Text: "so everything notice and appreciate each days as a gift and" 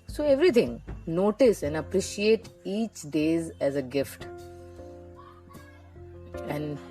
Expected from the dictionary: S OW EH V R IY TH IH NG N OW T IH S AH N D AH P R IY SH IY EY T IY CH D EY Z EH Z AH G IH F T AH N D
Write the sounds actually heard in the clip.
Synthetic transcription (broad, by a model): S OW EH V R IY T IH NG N OW T IH S AH N D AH P R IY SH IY EY T IY CH D EY Z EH Z AH G IH F T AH N D